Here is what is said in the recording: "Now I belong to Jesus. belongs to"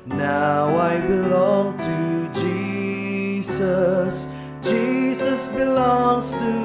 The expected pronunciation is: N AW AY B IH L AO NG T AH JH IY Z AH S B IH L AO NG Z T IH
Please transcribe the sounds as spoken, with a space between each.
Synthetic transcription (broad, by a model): N AW AY B IH L AO NG T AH JH IY Z AH S B IH L AO NG Z T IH